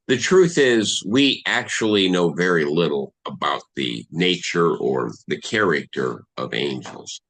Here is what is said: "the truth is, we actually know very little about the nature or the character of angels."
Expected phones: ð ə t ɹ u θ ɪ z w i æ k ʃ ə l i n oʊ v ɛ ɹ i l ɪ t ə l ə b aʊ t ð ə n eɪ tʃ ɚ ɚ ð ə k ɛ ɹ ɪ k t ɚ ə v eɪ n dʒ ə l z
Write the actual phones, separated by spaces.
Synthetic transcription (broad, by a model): ð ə t ɹ u θ ɪ z w i æ k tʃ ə l i n oʊ v ɛ ɹ i l ɪ t l ə b aʊ t ð ə n eɪ tʃ ɚ ɚ ð ə k ɛ ɹ ɪ k t ɚ ə v eɪ n dʒ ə l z